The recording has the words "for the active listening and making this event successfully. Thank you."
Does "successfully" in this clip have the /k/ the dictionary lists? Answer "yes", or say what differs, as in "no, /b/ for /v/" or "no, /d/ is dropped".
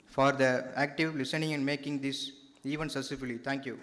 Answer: no, /k/ is dropped